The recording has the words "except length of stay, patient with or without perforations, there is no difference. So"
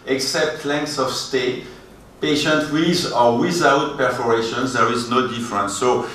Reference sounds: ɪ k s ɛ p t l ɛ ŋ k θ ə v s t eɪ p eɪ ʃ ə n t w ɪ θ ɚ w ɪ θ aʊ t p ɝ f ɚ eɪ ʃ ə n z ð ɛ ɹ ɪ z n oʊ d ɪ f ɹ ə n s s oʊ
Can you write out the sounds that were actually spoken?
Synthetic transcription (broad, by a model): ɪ k s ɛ p t l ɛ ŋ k s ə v s t eɪ p eɪ ʃ ə n t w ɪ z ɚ w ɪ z aʊ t p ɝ f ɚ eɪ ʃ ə n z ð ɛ ɹ ɪ z n oʊ d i f ɹ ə n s s oʊ